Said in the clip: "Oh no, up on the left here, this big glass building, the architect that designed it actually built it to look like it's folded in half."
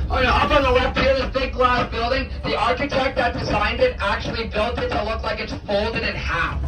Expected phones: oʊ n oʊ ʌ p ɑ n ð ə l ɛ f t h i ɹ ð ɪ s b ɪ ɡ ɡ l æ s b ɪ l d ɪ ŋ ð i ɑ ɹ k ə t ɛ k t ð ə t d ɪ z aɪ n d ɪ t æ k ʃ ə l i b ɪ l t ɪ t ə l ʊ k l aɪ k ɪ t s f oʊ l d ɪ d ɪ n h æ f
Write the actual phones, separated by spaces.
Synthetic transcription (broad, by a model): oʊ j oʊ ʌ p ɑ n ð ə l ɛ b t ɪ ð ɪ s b ɪ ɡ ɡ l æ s b ɪ l d ɪ ŋ ð i ɑ ɹ k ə t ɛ k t ð ə t d ɪ z aɪ n d ɪ t æ k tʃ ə l i b ɪ l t ɪ t ə l ʊ k l aɪ k ɪ t s f oʊ l d ɪ d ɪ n h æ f